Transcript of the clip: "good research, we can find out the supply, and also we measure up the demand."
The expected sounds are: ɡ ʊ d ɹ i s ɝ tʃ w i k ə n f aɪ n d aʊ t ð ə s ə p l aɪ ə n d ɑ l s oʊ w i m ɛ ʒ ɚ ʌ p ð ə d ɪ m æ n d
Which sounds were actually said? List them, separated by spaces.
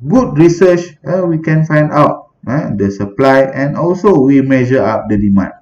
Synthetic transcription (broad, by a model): ɡ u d ɹ i s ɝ tʃ w i k ə n f aɪ n d aʊ t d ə s ə p l aɪ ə n ɑ l s oʊ w i m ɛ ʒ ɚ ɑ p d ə d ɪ m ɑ n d